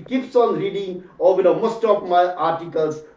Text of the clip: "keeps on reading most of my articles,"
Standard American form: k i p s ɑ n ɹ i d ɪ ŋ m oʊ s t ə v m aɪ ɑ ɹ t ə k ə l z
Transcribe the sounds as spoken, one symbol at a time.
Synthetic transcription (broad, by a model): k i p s ɑ n ɹ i d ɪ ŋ m oʊ s t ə p m aɪ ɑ ɹ t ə k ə l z